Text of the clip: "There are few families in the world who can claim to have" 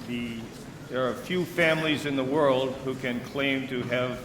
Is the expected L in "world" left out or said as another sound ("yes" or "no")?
no